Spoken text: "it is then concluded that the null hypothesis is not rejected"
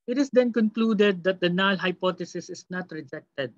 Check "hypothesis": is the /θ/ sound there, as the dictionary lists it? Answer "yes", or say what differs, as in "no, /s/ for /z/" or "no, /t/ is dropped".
no, /t/ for /θ/